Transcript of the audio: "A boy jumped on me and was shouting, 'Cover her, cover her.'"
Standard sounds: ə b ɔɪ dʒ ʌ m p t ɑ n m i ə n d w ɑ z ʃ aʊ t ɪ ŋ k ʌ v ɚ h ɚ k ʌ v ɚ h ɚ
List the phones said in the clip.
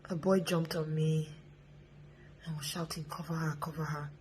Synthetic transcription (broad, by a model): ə b ɔɪ dʒ ʌ m p t ɑ n m i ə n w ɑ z ʃ aʊ t ɪ ŋ k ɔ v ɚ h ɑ k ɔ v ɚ h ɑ